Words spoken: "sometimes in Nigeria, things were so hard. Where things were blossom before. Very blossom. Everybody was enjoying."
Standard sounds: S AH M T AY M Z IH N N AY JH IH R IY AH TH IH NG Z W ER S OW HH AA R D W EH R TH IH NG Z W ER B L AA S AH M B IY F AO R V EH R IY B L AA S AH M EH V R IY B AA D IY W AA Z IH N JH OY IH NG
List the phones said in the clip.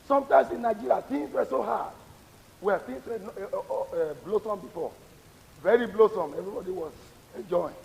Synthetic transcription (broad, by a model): S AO M T AY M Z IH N N AY JH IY R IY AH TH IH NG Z W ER S OW HH AA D W EH L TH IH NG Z W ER B L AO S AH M B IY F AO V EH R IY B L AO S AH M EH V R IY B AA D IY W AA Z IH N JH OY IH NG